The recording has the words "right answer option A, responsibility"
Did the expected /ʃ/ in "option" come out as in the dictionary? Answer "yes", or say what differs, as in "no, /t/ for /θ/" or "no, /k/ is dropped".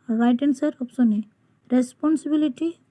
no, /s/ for /ʃ/